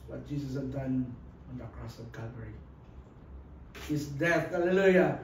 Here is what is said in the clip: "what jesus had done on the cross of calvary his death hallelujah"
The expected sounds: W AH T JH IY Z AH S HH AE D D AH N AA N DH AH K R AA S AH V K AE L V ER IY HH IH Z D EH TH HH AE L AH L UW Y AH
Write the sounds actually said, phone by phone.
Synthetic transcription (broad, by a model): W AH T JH IY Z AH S HH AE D D AH N AA N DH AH K R AA S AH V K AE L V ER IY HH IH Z D EH TH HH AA L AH L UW Y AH